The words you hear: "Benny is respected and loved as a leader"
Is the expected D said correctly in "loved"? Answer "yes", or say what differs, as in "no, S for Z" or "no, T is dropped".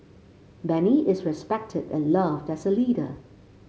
yes